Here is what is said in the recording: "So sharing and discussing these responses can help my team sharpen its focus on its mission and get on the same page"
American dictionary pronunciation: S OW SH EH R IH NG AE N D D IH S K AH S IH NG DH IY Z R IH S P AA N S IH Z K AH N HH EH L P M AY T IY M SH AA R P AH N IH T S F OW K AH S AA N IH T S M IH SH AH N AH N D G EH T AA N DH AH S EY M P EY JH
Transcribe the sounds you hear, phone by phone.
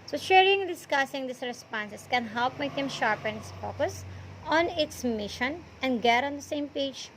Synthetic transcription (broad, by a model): S OW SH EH R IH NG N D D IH S K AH S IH NG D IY S R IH S P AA N S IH S K AH N HH EH L P M AY T IY M SH AA R P AH N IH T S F OW K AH S AA N IH T S M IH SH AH N AH N D G EH T AA N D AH S EY M P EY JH